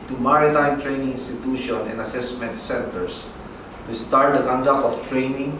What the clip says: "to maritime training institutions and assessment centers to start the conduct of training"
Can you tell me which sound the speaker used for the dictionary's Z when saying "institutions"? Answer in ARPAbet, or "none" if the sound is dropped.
none